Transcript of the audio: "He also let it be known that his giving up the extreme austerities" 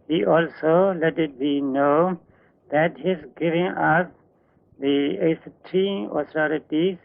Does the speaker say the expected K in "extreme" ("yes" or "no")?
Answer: no